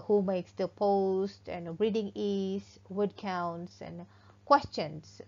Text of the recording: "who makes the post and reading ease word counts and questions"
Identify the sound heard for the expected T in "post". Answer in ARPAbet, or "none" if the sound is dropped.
T